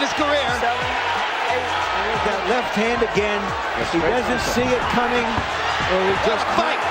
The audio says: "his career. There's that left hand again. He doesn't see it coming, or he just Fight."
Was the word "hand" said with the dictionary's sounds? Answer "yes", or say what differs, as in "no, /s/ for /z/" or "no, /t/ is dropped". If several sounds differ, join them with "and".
yes